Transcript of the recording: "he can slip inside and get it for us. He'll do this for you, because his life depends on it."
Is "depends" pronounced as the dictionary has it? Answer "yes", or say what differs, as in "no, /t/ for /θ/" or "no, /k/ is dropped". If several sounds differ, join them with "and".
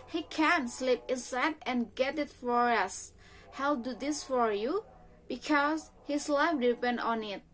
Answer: no, /z/ is dropped